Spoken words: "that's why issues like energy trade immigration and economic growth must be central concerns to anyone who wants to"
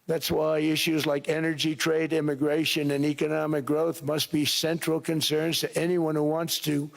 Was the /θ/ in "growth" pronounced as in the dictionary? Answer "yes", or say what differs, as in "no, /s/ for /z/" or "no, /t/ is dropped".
yes